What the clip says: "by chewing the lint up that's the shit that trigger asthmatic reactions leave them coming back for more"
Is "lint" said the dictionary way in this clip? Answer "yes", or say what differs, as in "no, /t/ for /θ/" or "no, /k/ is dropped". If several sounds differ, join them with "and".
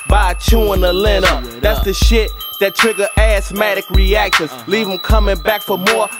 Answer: no, /t/ is dropped